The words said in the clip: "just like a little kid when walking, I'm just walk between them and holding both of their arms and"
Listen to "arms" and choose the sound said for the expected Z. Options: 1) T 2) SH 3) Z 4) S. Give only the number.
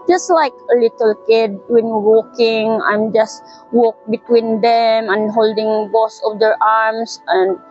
4